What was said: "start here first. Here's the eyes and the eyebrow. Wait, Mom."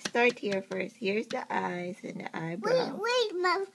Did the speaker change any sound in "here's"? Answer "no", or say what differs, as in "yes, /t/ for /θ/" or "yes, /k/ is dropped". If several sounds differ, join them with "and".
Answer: no